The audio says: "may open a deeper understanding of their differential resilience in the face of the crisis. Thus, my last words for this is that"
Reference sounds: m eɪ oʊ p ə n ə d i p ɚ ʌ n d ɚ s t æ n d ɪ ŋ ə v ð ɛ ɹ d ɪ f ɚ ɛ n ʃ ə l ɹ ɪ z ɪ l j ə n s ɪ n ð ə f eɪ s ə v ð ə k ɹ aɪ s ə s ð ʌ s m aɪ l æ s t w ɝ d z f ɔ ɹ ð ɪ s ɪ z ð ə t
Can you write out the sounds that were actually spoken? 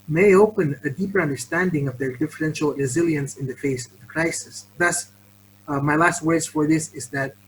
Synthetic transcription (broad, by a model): m eɪ oʊ p ə n ə d i p ɚ ʌ n d ɚ s t æ n d ɪ ŋ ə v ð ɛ ɹ d ɪ f ɚ ɛ n ʃ ə l ɹ ɪ z ɪ l j ə n s ɪ n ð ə f eɪ s ə v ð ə k ɹ aɪ s ə s ð ʌ s m aɪ l æ s t w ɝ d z f ɔ ɹ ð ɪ s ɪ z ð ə t